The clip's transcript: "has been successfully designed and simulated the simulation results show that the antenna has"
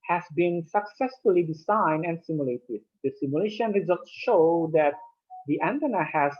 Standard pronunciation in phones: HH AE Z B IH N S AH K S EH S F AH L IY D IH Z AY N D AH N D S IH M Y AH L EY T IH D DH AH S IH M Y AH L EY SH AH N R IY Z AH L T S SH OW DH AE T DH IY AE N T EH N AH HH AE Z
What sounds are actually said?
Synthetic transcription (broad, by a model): HH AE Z B IH N S AH K S EH S F AH L IY D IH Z AY N D AH N D S IH M Y AH L EY T IH D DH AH S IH M Y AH L EY SH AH N R IY Z AH L T S SH OW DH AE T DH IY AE N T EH N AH HH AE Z